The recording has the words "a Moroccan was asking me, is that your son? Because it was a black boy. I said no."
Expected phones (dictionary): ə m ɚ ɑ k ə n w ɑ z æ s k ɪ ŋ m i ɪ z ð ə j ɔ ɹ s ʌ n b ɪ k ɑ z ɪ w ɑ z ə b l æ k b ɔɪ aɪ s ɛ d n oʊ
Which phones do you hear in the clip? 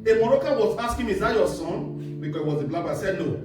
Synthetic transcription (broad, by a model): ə m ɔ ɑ k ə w ɑ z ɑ s k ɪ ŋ m i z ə j ɔ s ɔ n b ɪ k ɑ ɪ w ɑ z ə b l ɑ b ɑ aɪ s ɛ d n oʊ